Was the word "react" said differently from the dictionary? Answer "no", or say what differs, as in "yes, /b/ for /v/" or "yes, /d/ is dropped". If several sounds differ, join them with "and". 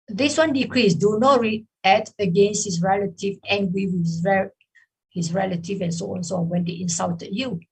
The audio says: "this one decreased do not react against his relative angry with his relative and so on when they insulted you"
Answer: yes, /k/ is dropped